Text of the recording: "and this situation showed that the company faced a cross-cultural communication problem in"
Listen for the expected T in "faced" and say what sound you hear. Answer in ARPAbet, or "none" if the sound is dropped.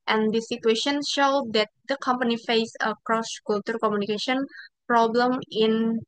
none